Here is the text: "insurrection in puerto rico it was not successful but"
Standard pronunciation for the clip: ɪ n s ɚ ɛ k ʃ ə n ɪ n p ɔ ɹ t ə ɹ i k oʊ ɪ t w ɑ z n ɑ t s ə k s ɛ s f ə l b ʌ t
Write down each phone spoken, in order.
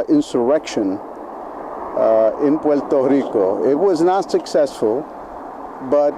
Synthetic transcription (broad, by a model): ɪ n s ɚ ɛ k ʃ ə n ɪ n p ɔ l t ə ɹ i k oʊ ɪ t w ɑ z n ɑ t s ə k s ɛ s f ə l b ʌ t